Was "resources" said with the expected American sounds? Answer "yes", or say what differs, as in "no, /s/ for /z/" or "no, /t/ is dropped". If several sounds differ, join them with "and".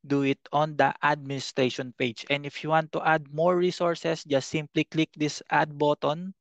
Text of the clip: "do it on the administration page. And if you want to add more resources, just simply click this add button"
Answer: no, /s/ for /z/